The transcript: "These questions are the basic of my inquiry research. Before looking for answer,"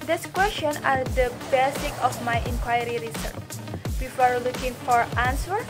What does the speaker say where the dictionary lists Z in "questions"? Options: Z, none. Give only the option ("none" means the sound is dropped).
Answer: none